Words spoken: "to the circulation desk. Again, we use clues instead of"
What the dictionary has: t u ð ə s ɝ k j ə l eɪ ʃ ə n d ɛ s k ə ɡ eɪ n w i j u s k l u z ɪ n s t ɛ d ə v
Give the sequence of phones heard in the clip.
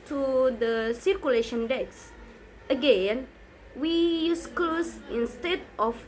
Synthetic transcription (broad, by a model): t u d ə s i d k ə l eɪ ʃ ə n d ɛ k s ə ɡ eɪ n w i j u s k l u s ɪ n s t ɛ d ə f